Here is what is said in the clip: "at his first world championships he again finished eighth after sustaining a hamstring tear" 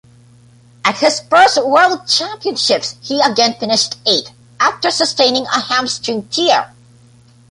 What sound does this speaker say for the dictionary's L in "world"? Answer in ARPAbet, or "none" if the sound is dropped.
L